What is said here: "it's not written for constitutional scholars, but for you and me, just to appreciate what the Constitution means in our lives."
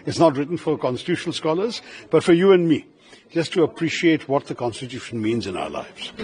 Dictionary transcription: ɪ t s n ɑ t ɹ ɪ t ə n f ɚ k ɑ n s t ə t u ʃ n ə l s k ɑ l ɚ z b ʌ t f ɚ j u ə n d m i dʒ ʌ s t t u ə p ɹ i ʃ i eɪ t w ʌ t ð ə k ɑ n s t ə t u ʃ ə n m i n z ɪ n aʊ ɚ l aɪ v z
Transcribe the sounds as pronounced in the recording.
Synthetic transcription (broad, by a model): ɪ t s n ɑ t ɹ ɪ t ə n f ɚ k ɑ n s t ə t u ʃ n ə l s k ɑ l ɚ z b ʌ t f ɚ j u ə n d m i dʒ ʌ s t t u ə p ɹ i ʃ i eɪ t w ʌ t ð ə k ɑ n s t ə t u ʃ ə n m i n z ɪ n aʊ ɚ l aɪ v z